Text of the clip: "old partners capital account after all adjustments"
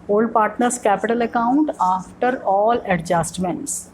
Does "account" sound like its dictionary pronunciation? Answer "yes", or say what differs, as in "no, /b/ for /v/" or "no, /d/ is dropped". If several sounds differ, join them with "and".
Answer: yes